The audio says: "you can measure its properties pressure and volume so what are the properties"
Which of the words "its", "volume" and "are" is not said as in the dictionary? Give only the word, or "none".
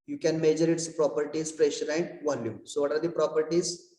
none